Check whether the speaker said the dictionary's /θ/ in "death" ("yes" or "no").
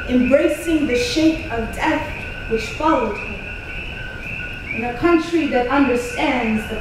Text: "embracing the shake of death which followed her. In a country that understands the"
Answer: yes